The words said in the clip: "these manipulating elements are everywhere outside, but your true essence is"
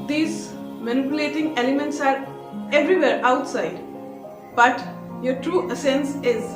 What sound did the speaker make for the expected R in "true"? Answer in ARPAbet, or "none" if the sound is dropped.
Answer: R